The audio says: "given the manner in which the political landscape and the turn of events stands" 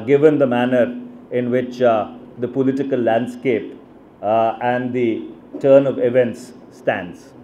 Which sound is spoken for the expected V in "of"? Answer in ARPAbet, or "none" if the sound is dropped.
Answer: V